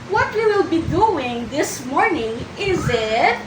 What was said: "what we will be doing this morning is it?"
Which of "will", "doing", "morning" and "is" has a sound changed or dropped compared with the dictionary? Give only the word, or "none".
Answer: none